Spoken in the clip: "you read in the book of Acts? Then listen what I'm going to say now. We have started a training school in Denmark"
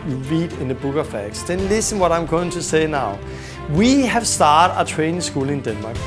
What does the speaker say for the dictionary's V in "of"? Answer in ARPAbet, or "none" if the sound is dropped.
F